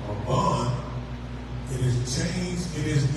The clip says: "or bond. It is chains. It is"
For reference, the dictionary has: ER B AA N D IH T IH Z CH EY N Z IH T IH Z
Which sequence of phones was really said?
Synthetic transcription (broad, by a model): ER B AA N IH T IH Z CH EY N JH IH T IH Z